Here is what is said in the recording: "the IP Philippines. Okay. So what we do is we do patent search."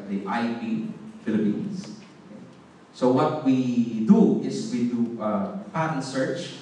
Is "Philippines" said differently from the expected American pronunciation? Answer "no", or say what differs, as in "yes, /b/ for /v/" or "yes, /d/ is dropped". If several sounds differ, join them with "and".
yes, /s/ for /z/